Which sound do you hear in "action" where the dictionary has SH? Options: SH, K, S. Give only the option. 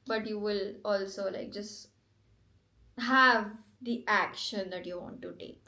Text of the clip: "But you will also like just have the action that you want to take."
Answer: SH